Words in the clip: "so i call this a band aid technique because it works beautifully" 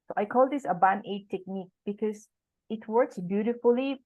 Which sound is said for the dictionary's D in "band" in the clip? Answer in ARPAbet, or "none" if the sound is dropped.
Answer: none